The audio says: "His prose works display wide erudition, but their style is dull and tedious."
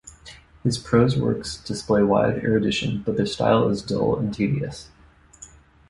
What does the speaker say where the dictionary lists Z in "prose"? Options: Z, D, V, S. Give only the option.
Z